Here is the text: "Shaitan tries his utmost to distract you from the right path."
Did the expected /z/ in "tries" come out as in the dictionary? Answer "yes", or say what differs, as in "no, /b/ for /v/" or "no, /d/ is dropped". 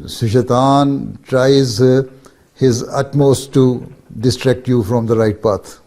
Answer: yes